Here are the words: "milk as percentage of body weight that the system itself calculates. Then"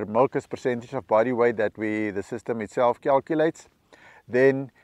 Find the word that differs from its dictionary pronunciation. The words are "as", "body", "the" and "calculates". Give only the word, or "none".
as